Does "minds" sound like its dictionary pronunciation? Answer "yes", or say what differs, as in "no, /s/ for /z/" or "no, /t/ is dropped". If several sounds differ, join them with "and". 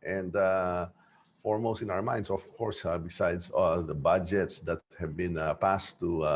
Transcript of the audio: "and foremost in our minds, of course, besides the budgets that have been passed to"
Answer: no, /s/ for /z/